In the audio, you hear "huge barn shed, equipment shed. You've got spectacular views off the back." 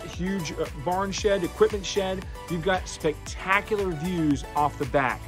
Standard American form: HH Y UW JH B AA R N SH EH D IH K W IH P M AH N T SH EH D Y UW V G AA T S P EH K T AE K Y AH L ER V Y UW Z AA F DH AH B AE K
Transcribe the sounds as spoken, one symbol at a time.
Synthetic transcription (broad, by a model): HH Y UW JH B AA R N SH EH D IH K W IH P M AH N T SH EH D Y UW V G AA T S P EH K T AE K Y L ER V Y UW Z AA F DH AH B AE K